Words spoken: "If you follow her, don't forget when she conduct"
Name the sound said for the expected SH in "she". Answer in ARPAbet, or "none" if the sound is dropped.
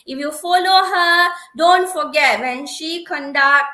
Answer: SH